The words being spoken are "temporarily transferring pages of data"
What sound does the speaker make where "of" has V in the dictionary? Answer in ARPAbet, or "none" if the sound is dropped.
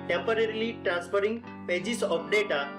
P